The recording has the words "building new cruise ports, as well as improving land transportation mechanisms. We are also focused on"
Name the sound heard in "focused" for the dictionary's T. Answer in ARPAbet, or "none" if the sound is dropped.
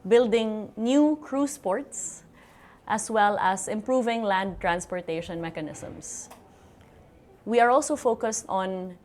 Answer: T